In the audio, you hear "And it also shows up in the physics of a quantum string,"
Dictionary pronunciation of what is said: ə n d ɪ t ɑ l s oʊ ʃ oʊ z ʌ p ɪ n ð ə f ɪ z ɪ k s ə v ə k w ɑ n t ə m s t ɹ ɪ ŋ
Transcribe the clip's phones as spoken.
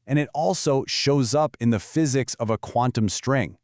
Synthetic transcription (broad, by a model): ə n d ɪ t ɑ l s oʊ ʃ oʊ z ʌ p ɪ n ð ə f ɪ z ɪ k s ə v ə k w ɑ n t ə m s t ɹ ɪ ŋ